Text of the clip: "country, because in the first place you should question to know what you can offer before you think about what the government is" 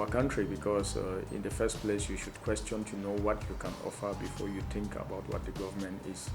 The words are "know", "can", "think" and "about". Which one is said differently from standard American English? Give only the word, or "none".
think